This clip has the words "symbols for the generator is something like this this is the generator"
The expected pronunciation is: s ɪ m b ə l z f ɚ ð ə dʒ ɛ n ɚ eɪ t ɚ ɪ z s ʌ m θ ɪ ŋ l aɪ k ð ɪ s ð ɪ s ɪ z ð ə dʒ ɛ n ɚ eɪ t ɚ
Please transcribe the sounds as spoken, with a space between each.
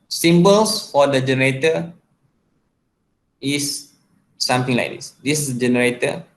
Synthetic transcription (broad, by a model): s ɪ m b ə l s f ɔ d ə dʒ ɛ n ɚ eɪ t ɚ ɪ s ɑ m t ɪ ŋ l aɪ k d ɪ s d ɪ s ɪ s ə dʒ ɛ n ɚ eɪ t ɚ